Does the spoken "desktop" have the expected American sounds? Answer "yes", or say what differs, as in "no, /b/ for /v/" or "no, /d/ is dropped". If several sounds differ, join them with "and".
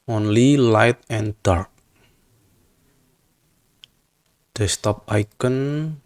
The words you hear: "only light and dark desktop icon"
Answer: no, /k/ is dropped